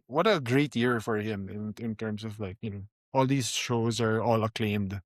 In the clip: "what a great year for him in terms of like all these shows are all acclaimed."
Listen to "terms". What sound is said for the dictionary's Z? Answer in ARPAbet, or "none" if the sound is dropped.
S